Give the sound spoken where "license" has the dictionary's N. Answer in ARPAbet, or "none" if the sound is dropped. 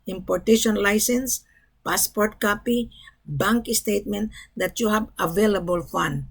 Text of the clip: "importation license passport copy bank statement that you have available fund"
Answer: N